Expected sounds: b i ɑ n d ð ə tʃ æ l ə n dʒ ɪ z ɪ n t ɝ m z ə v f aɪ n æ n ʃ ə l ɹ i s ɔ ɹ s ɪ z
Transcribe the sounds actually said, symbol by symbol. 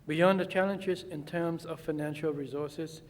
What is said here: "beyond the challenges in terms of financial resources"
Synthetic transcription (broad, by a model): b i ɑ n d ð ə tʃ æ l ə n dʒ ɪ z ɪ n t ɝ m z ə v f aɪ n æ n ʃ ə l ɹ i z ɔ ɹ s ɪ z